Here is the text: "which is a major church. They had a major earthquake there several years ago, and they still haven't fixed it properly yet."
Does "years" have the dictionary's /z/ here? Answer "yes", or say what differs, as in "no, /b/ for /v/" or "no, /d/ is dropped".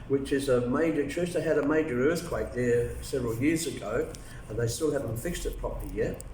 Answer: yes